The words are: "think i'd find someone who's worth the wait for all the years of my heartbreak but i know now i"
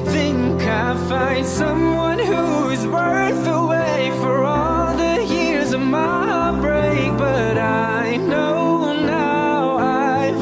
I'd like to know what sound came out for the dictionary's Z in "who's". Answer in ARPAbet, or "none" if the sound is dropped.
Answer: Z